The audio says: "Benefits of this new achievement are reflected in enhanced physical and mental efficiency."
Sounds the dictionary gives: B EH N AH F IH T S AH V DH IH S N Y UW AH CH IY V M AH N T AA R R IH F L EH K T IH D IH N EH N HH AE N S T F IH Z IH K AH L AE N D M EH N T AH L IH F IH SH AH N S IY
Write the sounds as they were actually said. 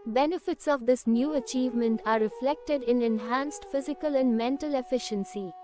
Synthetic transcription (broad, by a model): B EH N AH F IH T S AH V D IH S N Y UW AH CH IY V M AH N T AA R R IH F L EH K T IH D IH N EH N HH AE N S T F IH Z IH K AH L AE N D M EH N T AH L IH F IH SH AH N S IY